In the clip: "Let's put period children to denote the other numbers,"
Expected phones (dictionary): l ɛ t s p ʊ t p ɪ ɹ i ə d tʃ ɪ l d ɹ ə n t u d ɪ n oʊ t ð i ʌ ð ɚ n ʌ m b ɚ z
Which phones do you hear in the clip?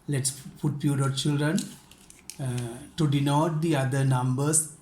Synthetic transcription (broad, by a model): l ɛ t s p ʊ t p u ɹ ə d tʃ ɪ l d ɹ ə n t u d ɪ n oʊ t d i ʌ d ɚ n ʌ m b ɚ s